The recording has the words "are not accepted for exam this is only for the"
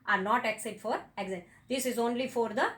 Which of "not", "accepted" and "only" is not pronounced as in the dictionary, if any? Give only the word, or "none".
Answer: accepted